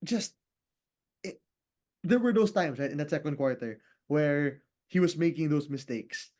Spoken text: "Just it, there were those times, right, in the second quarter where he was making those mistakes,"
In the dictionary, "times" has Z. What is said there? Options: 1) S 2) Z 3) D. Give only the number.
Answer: 1